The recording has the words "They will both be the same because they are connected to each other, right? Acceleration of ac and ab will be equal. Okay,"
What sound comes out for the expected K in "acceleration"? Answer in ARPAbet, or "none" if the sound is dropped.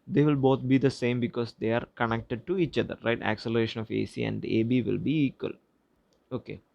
K